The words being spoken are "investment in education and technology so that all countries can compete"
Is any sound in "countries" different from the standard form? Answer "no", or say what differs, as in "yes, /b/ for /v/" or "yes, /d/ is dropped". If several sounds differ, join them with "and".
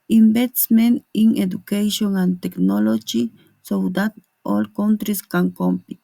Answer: yes, /s/ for /z/